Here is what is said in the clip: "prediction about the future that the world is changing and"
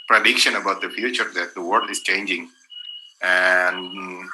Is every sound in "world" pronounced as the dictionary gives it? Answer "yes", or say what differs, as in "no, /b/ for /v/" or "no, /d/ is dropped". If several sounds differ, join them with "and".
no, /l/ is dropped